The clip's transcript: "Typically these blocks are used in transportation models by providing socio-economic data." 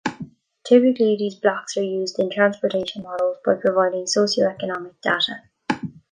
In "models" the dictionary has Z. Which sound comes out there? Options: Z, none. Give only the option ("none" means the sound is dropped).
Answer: Z